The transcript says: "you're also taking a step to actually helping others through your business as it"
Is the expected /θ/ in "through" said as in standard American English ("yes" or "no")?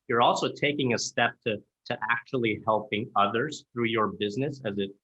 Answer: yes